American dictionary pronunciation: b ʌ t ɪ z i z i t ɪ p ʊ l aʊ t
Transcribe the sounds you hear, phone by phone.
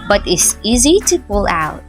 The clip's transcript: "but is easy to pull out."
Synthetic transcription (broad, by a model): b ʌ t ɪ s i z i t ɪ p ʊ l aʊ t